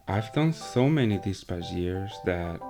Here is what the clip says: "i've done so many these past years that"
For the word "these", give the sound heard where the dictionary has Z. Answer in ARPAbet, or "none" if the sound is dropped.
S